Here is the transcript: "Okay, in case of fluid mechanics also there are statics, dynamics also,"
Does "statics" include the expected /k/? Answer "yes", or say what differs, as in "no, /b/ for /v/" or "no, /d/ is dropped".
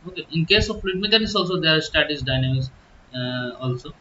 no, /k/ is dropped